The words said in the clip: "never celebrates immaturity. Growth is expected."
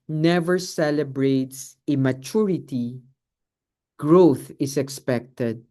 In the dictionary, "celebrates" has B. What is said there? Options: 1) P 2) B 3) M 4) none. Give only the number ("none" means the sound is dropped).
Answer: 2